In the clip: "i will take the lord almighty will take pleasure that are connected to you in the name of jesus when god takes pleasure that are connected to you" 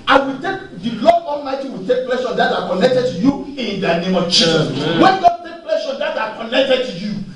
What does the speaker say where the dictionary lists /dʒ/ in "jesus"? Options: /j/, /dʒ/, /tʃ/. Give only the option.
/tʃ/